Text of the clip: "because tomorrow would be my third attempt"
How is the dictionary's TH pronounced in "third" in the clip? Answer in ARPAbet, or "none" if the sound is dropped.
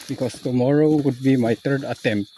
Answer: T